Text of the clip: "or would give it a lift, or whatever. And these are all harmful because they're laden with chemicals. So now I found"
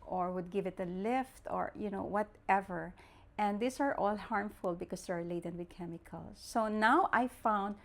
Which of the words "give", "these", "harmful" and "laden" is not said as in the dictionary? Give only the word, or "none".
these